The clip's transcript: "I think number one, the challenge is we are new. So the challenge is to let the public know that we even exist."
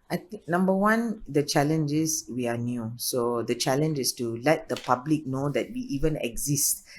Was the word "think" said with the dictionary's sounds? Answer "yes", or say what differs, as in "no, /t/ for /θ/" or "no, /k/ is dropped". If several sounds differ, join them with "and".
no, /ŋ/ is dropped